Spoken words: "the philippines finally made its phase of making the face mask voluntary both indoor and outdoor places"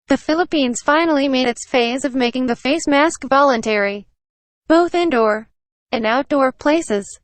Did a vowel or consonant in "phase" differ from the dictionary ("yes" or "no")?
no